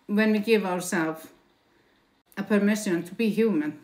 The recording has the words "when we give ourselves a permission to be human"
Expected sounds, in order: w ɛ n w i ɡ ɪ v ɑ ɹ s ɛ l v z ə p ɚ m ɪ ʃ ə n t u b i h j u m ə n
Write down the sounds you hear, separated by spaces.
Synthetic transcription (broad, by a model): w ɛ n w i ɡ ɪ v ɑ ɹ s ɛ l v ə p ɚ m ɪ ʃ ə n t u b i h j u m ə n